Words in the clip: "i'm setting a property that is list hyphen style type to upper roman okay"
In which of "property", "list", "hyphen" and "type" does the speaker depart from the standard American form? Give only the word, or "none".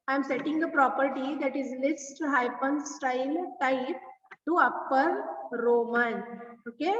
hyphen